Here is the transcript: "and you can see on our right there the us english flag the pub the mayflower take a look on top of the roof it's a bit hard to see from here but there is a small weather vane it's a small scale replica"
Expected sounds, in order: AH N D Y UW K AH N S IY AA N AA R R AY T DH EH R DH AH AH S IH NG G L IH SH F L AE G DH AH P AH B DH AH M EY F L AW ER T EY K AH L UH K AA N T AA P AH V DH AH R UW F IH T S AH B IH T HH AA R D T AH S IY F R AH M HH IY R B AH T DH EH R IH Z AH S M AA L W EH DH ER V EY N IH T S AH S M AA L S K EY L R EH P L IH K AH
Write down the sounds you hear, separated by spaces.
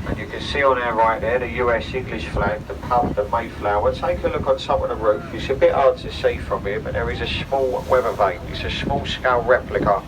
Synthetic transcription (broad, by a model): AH N Y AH K AH N S IY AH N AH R R AY T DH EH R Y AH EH S IH NG G L IH SH F L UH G DH AH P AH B DH AH M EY F L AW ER T EY K AH L UH K N S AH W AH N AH R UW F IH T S AH B IH T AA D T AH S IY F R AH M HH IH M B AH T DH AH R IH Z AH S M AA L W EH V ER V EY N IH T S AH S M AA L S K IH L R EH P L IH K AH